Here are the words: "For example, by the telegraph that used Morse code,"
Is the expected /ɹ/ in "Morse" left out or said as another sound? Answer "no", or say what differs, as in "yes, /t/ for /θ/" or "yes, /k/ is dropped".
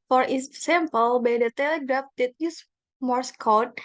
no